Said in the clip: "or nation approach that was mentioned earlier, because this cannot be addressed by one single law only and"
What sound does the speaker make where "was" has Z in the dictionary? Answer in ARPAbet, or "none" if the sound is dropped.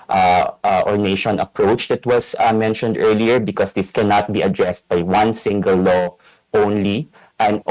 S